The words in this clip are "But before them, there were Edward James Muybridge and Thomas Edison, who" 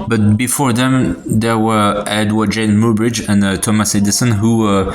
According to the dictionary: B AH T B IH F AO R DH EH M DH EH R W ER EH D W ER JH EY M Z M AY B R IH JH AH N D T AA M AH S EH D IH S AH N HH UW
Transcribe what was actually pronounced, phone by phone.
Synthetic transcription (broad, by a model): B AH T B IH F AO R DH EH M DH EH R W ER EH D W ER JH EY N M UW B R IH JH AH N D T AA M AH S EH D IH S AH N HH UW